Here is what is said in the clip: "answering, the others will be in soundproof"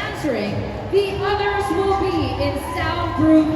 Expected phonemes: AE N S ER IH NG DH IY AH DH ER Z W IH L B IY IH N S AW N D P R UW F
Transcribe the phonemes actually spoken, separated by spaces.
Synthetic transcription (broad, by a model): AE N S ER IH NG DH IY AH DH ER Z W IH L B IY IH N S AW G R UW